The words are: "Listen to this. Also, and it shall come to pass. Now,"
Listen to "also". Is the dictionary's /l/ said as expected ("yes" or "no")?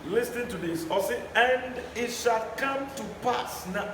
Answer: no